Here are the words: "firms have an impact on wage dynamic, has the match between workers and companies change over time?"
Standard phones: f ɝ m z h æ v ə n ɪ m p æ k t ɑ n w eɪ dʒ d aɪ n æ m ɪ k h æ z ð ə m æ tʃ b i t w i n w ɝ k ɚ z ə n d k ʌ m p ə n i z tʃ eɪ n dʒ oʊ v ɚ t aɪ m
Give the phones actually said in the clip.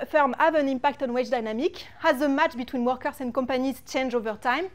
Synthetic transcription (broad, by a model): f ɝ m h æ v ə n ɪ m p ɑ k t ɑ n w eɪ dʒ d aɪ n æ m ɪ k h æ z ð ə m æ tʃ b i t w i n w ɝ k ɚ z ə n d k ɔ m p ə n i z tʃ eɪ n dʒ oʊ v ɚ t aɪ m